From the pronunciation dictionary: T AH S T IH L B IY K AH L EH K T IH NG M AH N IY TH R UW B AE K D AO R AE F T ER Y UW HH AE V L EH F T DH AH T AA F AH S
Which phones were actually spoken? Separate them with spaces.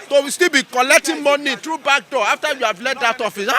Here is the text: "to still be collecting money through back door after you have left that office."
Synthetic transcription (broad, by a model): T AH S T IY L B IY K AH L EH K T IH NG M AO N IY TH R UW B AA K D AO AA F T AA Y UW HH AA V L EH T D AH T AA F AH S